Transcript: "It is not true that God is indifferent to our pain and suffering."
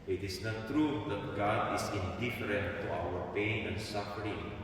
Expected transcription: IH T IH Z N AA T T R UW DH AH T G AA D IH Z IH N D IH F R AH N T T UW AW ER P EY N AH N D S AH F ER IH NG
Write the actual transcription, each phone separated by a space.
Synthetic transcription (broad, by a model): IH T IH S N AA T T R UW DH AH T G AA D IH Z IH N D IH F R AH N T T UW AW ER P EY N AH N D S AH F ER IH NG